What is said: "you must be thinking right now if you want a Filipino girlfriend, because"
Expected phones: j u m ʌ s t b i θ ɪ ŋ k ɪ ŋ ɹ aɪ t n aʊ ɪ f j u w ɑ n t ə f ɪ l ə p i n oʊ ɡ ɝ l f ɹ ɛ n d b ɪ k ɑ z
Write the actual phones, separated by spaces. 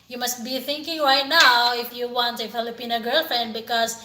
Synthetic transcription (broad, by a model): j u m ʌ s t b i θ ɪ ŋ k ɪ ŋ ɹ aɪ t n aʊ ɪ f j u w ɑ n t ə f ɪ l ə p i n oʊ ɡ ɝ l f ɹ ɛ n d b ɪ k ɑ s